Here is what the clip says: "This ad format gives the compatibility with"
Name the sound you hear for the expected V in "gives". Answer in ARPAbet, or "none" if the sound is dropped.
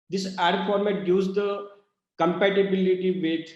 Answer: none